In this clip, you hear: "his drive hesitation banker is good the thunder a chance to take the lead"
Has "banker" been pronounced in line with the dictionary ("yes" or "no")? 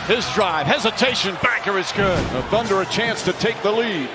no